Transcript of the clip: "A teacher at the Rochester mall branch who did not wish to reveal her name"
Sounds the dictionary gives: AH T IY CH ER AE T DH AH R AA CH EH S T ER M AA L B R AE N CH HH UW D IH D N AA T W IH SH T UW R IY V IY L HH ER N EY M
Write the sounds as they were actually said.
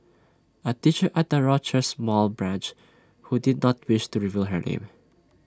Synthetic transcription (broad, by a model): AH T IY CH ER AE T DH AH R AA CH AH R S M AA L B R AE N CH HH UW D IH D N AA T W IH SH T UW R IY V IY L HH ER N EY M